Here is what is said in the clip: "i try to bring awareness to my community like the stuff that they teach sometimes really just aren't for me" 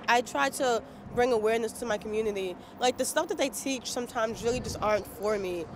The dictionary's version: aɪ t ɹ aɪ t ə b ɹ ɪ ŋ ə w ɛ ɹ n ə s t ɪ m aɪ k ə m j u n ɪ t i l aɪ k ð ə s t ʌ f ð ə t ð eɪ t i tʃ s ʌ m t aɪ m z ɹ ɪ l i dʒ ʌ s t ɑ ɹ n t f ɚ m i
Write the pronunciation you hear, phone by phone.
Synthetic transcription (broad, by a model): aɪ t ɹ aɪ t ə b ɹ ɪ ŋ ə w ɛ ɹ n ə s t ɪ m aɪ k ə m j u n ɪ t i l aɪ k ð ə s t ʌ f ð ə t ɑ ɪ t i tʃ s ʌ m t aɪ m z ɹ ɪ l i dʒ ʌ s t ɑ ɹ n t f ɚ m i